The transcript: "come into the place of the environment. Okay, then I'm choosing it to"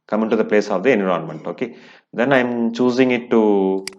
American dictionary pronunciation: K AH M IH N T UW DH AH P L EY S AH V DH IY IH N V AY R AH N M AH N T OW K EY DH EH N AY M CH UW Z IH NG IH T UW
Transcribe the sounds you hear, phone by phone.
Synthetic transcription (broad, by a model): K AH M IH N T UW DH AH P L EY S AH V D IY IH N IY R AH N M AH N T OW K EY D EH N AY M CH UW Z IH NG IH T UW